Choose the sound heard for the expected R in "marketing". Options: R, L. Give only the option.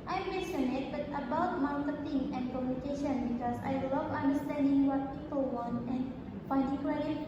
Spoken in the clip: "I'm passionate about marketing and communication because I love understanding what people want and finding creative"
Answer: L